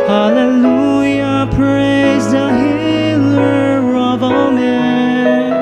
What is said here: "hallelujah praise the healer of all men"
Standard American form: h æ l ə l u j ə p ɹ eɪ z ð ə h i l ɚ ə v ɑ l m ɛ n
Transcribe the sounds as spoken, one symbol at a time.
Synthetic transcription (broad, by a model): h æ l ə l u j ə p ɹ eɪ z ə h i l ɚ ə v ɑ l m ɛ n